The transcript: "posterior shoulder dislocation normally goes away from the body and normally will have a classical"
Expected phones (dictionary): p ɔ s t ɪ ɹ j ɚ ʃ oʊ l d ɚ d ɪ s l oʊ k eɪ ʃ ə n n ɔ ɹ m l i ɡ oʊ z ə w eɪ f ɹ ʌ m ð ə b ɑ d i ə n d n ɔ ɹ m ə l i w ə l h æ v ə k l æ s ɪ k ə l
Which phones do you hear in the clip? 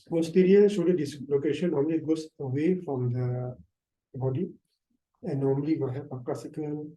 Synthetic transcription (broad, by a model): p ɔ s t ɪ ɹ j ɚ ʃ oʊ d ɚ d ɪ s l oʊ k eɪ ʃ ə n n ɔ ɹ m l i ɡ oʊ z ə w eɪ f ɹ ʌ m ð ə b ɑ d i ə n n ɔ ɹ m ə l i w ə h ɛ p ə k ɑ s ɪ k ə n